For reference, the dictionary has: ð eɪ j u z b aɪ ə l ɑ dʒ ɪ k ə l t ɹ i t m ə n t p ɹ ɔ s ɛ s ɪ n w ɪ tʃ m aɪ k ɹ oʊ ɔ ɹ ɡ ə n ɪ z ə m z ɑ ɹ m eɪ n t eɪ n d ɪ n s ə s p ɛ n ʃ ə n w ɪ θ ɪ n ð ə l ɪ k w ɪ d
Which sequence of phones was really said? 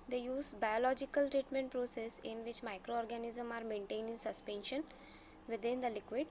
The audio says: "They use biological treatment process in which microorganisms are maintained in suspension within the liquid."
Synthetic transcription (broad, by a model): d eɪ j u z b aɪ ə l ɑ dʒ ɪ k ə l t ɹ i t m ə n t p ɹ ɔ s ɛ s ɪ n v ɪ tʃ m aɪ k ɹ oʊ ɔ ɹ ɡ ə n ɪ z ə m ɑ ɹ m eɪ n t eɪ n ɪ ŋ s ə s p ɛ n ʃ ə n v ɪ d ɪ n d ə l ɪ k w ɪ d